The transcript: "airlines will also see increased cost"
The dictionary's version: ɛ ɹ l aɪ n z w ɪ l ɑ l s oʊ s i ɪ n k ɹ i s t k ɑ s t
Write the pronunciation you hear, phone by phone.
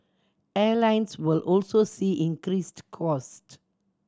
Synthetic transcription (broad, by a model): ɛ l aɪ n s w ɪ l ɑ l s oʊ s i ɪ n k ɹ i s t k ɑ s t